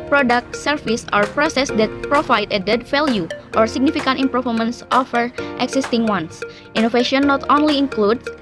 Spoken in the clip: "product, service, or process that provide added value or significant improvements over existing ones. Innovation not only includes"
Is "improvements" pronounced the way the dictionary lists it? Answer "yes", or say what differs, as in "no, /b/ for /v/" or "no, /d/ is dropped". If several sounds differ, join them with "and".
no, /v/ is dropped